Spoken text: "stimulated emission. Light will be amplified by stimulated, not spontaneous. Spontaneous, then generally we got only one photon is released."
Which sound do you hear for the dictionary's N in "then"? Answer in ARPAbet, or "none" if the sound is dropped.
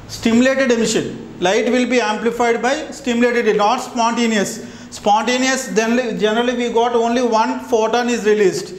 L